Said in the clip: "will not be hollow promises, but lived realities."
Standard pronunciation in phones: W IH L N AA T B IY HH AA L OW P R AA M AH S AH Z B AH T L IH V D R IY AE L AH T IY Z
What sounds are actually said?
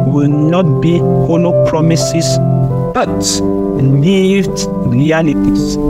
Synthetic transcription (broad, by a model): W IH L N AA T B IY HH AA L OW P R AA M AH S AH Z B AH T N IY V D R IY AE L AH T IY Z